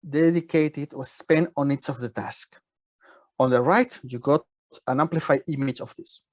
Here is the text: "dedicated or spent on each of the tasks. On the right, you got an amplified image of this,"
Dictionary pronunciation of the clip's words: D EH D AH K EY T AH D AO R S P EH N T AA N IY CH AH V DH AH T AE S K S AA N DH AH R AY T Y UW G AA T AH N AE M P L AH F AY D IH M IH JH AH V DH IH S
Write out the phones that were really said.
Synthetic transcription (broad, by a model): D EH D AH K EY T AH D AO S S P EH N AA N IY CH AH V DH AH T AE S K AA N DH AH R AY T Y UW G AA T AH N AE M P L AH F AY D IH M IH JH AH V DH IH S